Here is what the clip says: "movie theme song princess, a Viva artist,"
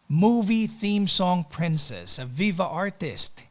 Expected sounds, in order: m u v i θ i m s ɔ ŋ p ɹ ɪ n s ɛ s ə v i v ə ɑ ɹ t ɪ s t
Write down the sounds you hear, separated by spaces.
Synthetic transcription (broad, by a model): m u v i θ i m s ɔ ŋ p ɹ ɪ n s ɛ s ə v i v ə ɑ ɹ t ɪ s t